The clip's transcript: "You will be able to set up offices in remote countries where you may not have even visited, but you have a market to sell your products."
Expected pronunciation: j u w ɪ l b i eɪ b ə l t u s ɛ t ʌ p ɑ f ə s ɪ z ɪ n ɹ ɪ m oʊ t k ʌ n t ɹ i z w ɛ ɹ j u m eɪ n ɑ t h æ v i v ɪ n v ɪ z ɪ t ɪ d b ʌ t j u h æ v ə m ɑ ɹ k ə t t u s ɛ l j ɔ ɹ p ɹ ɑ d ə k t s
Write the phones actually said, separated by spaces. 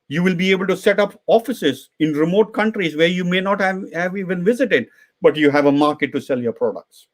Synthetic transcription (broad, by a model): j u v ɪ l b i eɪ b ə l t u s ɛ t ʌ p ɑ f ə s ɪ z ɪ n ɹ ɪ m oʊ t k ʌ n t ɹ i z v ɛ ɹ j u m eɪ n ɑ t h æ v i v ɪ n v ɪ z ɪ t ɪ d b ʌ t j u h æ v ə m ɑ ɹ k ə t t u s ɛ l j ɔ ɹ p ɹ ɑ d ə k t s